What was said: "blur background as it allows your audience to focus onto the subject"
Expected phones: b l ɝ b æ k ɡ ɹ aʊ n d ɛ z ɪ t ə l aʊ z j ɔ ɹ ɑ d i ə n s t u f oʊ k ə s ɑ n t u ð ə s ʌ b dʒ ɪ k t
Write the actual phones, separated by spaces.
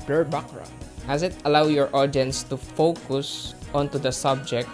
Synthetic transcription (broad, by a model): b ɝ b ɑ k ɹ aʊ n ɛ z ɪ t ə l aʊ j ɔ ɹ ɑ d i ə n s t u f oʊ k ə s ɑ n t u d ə s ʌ b dʒ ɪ k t